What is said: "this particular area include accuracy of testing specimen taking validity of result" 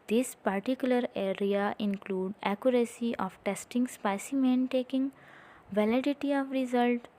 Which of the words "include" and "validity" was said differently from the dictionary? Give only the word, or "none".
none